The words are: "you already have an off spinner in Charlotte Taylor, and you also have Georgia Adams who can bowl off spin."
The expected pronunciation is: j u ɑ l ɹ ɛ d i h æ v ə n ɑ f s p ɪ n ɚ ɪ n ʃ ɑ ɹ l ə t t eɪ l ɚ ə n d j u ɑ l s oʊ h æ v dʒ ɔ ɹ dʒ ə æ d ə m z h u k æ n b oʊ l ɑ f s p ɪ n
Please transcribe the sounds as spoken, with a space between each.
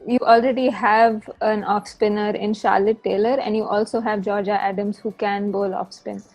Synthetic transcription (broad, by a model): j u ɑ l ɹ ɛ d i h æ v ə n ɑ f s p ɪ n ɚ ɪ n ʃ ɑ ɹ l ə t t eɪ l ɚ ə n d j u ɑ l s oʊ h æ v dʒ ɔ ɹ dʒ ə æ d ə m z h u k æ n b oʊ l ɑ f s p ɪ n